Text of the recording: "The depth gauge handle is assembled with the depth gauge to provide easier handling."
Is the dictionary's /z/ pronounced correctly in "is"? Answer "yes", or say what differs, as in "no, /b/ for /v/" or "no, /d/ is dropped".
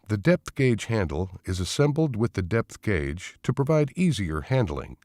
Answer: yes